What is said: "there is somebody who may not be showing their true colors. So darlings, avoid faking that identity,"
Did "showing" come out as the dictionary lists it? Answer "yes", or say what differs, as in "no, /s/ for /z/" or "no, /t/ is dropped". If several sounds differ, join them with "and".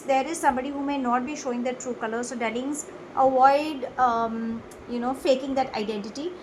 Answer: yes